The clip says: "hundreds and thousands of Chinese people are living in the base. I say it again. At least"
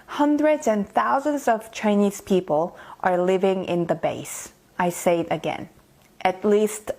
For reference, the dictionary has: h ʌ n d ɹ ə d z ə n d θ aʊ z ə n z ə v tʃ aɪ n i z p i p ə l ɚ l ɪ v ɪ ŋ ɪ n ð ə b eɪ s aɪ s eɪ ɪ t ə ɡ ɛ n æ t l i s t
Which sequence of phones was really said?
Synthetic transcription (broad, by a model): h ʌ n d ɹ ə d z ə n θ aʊ z ə n z ə v tʃ aɪ n i z p i p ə l ɚ l ɪ v ɪ ŋ ɪ n ð ə b eɪ s aɪ s eɪ ɪ t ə ɡ ɛ n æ t l i s t